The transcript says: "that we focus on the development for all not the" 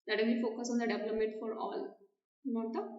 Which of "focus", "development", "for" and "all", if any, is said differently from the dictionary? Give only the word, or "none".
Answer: development